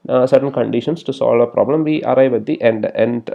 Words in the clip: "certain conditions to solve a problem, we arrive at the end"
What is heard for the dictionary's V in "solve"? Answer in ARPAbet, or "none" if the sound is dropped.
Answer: V